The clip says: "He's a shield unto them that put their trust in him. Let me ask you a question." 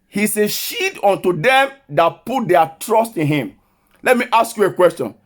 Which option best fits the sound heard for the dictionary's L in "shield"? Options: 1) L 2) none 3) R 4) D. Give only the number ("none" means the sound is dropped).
2